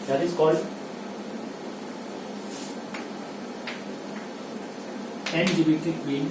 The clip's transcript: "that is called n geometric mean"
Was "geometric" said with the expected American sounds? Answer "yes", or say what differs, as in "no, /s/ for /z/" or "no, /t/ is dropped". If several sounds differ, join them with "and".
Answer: no, /ɹ/ is dropped